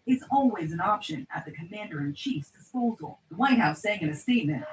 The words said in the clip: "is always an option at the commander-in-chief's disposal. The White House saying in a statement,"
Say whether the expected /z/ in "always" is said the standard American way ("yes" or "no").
yes